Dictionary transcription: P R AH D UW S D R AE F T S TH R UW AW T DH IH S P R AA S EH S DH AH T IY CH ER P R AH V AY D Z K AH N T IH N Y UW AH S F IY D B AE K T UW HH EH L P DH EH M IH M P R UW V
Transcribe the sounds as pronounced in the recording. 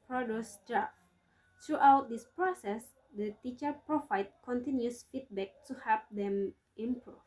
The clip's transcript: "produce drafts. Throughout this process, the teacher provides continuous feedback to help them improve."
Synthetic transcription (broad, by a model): P R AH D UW S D R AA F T R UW AW T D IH S P R AA S EH S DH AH T IY CH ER P R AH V AY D K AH N T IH N Y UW S F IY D B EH K T UW HH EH P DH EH M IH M P R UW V